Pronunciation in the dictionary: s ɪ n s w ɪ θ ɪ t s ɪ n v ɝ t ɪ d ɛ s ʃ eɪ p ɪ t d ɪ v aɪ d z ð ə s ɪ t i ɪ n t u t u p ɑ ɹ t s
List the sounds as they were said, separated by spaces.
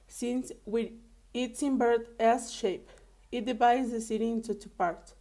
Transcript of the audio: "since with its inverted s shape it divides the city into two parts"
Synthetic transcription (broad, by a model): s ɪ n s w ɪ ɪ t s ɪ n b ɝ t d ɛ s ʃ eɪ p ɪ t d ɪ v aɪ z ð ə s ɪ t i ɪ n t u t u p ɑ ɹ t